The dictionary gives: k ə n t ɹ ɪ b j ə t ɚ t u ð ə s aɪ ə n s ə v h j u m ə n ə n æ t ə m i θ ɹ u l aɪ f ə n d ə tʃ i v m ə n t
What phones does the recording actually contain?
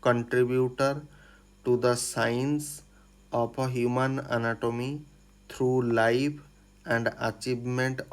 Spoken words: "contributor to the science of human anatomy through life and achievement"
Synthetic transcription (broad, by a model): k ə n t ɹ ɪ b j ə t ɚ t u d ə s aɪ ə n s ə p h j u m ə n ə n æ t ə m i t ɹ u l aɪ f ə n d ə tʃ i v m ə n t